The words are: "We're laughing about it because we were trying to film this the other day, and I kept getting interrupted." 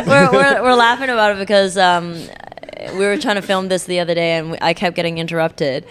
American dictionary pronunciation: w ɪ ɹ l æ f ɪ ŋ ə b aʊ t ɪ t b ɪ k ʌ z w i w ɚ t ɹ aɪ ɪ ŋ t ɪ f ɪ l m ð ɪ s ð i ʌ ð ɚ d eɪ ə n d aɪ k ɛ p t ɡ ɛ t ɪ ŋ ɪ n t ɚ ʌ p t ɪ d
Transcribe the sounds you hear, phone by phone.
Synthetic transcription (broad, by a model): w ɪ ɹ l æ f ɪ ŋ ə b aʊ t ɪ t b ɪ k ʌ z w i w ɚ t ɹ aɪ ɪ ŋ t ɪ f ɪ l m ð ɪ s ð i ʌ ð ɚ d eɪ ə n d aɪ k ɛ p ɡ ɛ t ɪ ŋ ɪ n t ɚ ʌ p t ɪ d